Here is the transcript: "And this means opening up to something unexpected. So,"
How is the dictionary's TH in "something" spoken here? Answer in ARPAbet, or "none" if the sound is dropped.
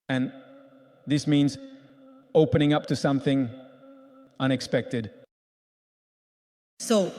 TH